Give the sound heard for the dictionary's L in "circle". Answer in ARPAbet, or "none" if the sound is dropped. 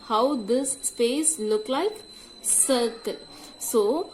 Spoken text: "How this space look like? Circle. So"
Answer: N